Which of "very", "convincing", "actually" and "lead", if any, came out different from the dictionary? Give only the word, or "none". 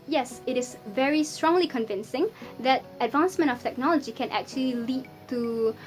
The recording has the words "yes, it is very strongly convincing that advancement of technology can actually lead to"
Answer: none